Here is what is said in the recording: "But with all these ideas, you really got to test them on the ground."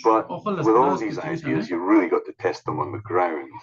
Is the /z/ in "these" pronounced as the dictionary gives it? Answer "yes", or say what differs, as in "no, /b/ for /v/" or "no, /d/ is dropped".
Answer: yes